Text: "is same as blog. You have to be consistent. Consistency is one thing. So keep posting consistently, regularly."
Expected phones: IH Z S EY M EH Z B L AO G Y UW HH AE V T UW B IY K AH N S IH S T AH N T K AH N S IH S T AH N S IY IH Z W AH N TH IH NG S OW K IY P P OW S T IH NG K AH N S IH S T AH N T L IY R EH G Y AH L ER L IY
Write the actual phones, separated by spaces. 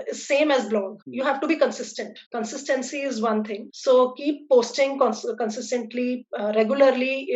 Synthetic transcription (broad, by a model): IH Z S EY M EH Z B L AO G Y UW HH AE V T UW B IY K AH N S IH S T AH N T K AH N S IH S T AH N S IY IH Z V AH N T IH NG S OW K IY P P OW S T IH NG K AH N S IH S T AH N T L IY R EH G Y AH L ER L IY